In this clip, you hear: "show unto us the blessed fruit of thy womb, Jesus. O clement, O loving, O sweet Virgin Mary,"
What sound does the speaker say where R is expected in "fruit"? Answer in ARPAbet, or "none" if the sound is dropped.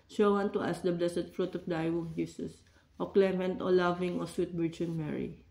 R